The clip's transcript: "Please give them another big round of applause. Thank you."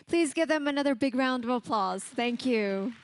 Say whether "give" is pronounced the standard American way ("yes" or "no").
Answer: yes